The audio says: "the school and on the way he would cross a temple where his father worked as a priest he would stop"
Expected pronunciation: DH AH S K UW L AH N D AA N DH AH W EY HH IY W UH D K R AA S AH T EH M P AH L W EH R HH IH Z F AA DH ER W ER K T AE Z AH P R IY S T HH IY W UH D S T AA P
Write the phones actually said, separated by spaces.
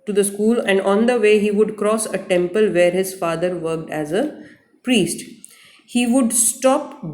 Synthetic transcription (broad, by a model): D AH S K UW L AH N D AA N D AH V EY HH IY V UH D K R AA S AH T EH M P AH L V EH R HH IH Z F AA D ER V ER K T AE Z AH P R IY S T HH IY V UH D S T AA P